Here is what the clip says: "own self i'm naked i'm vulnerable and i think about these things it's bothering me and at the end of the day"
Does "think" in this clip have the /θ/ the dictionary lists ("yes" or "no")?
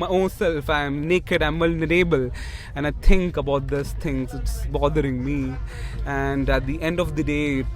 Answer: no